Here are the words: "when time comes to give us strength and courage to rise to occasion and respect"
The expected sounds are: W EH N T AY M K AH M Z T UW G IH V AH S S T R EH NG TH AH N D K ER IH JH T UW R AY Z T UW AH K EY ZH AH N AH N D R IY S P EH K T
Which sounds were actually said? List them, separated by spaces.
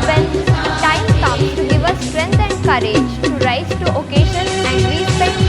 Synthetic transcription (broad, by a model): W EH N T AY M K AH M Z T UW G IH V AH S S T R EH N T AH N D K ER IH JH T UW R AY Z T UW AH K EY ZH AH N AH N D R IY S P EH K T